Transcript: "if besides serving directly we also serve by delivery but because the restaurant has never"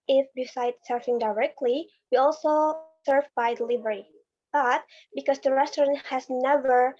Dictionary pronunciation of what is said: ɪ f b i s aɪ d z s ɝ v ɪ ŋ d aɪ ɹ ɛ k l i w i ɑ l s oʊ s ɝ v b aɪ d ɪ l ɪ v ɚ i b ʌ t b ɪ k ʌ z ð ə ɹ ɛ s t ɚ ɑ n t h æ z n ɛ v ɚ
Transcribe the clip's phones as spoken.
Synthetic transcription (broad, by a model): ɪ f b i s aɪ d s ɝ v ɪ ŋ d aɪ ɹ ɛ k l i w i ɑ l s oʊ s ɝ v b aɪ d ɪ l ɪ v ɚ i b ʌ t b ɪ k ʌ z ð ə ɹ ɛ s t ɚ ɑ n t h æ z n ɛ v ɚ